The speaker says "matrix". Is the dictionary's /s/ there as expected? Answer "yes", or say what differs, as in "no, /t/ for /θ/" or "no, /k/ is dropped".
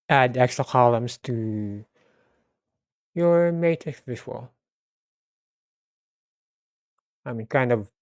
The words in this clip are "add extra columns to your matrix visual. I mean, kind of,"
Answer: no, /s/ is dropped